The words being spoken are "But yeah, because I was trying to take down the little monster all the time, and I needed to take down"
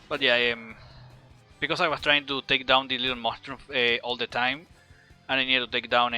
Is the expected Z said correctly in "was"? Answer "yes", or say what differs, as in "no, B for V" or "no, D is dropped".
no, S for Z